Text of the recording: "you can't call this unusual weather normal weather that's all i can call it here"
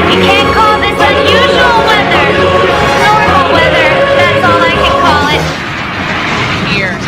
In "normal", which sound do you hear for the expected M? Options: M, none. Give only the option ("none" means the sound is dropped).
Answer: none